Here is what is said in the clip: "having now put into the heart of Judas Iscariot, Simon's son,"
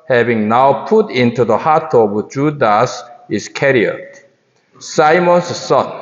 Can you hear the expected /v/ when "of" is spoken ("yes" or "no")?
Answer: no